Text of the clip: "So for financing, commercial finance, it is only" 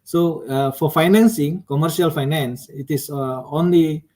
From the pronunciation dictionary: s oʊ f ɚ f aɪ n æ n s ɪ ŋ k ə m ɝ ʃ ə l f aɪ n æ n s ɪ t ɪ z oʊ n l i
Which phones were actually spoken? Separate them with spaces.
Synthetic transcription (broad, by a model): s oʊ f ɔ f aɪ n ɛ n s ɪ ŋ k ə m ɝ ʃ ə l f aɪ n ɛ n s ɪ t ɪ s oʊ n l i